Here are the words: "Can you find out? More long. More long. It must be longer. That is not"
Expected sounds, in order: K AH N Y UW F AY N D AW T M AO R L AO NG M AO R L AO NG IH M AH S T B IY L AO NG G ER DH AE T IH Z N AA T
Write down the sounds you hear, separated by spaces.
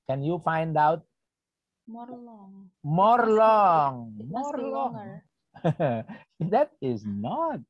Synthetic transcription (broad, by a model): K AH N Y UW F AY N D AW T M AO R L AO NG M AO R L AO NG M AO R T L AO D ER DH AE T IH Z N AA T